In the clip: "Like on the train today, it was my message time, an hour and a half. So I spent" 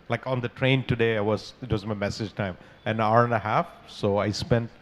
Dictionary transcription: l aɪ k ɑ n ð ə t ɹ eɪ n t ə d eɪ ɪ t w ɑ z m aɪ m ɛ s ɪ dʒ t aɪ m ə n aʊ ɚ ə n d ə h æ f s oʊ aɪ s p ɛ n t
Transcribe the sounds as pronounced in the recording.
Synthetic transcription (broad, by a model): l aɪ k ɑ n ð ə t ɹ eɪ n t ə d eɪ ɪ t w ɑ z m aɪ m ɛ s ɪ dʒ t aɪ m ə n aʊ ɚ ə n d ə h æ f s oʊ aɪ s p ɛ n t